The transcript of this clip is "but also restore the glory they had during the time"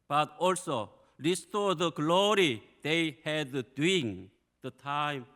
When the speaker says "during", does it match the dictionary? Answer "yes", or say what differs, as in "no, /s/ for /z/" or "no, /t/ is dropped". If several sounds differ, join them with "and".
no, /ɹ/ is dropped